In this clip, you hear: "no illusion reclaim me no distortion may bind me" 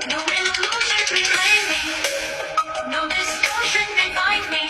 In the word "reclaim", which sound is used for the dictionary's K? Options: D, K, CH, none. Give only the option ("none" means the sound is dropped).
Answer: none